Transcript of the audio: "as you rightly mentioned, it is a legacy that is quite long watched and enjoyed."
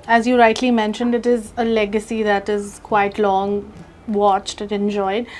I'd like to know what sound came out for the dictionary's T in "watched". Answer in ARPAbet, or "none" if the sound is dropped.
T